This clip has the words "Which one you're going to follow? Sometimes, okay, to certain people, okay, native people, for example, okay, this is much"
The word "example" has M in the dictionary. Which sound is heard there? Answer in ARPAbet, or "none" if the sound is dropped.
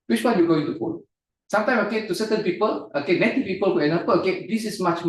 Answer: none